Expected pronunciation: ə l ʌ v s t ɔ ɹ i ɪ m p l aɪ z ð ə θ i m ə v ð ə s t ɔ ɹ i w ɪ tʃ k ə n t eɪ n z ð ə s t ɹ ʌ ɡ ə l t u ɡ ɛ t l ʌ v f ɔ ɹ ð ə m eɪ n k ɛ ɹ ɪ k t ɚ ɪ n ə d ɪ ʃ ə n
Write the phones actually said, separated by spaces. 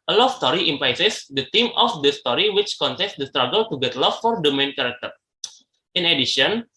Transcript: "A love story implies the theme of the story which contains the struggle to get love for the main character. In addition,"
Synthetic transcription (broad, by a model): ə l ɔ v s t ɔ ɹ i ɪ m p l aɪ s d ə t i m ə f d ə s t ɔ ɹ i w ɪ tʃ k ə n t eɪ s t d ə s t ɹ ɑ ɡ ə l t u ɡ ɛ t l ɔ f ɔ ɹ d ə m eɪ n k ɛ ɹ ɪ k t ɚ ɪ n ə d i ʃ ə n